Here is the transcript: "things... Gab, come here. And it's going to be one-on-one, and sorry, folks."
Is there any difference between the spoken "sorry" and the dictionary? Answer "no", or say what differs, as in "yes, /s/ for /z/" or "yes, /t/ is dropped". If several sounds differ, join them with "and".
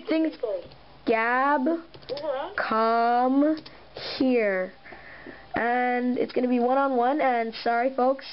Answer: no